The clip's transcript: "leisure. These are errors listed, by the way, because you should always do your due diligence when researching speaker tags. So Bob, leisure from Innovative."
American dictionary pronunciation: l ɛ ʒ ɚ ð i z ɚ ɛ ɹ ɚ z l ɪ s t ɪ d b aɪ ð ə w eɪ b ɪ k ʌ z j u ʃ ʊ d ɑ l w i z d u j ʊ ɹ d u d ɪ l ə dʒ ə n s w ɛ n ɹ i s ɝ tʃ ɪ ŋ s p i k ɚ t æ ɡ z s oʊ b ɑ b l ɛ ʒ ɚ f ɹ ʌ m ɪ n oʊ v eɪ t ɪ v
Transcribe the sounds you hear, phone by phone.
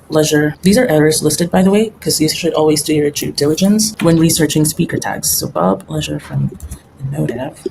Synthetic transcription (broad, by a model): l ɛ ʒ ɚ ð i z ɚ ɛ ɹ ɚ z l ɪ s t ɪ d b aɪ ð ə w eɪ ɪ k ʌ z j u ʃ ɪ d ɑ l w i z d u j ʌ ɹ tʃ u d ɪ l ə dʒ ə n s w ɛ n ɹ i s ɝ tʃ ɪ ŋ s p i k ɚ t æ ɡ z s oʊ b ɑ b l ɛ ʒ ɚ f ɹ ʌ m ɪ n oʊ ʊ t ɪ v